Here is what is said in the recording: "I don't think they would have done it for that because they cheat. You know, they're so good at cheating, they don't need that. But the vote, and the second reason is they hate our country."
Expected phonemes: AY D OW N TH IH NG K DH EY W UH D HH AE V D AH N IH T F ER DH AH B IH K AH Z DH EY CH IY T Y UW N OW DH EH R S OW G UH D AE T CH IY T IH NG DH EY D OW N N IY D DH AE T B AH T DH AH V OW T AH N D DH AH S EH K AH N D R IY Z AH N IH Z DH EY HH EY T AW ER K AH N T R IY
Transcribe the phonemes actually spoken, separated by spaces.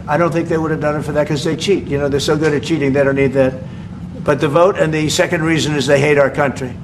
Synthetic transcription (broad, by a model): AY D OW N TH IH NG K DH EY W UH D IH V D AH N IH T F ER DH AH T K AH Z DH EY CH IY T Y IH N OW DH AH R S OW G UH D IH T CH IY T IH NG DH EY D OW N N IY D DH AE T B AH T DH AH V OW T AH N DH AH S EH K AH N D R IY Z AH N IH Z DH EY HH EY T AW ER K AH N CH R IY